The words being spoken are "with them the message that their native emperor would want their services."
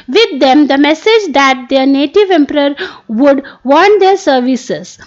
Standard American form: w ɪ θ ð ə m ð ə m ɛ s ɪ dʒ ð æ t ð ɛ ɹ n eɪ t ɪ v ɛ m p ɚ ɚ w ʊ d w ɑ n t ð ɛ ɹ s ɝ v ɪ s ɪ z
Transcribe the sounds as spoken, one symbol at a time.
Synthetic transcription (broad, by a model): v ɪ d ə m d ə m ɛ s ɪ dʒ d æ t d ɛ ɹ n eɪ t ɪ v ɛ m p ɚ ɚ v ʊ d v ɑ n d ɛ ɹ s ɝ v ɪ s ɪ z